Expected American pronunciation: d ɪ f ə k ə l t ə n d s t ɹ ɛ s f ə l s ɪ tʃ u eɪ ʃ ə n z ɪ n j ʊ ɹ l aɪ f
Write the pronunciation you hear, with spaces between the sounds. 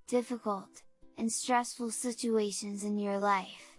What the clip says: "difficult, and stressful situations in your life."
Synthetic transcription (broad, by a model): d ɪ f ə k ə l t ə n s t ɹ ɛ s f ə l s ɪ tʃ u eɪ ʃ ə n z ɪ n j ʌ ɹ l aɪ f